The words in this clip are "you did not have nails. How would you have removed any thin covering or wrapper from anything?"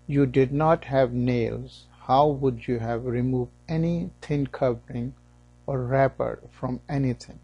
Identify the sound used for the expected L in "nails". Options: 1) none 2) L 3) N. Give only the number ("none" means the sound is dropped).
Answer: 2